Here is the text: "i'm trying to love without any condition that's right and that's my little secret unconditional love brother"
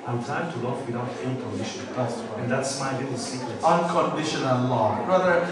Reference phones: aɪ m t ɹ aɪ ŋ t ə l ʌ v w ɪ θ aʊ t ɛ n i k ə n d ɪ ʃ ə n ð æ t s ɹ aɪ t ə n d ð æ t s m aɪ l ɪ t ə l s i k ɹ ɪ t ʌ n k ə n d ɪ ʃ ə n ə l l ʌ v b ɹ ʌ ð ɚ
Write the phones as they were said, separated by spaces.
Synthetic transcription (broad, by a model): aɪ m t aɪ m t ə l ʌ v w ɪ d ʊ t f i k ə n d ɪ ʃ ə n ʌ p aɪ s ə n ð æ t s m aɪ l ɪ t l s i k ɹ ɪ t ʌ n k ə n d ɪ ʃ ə n ə l l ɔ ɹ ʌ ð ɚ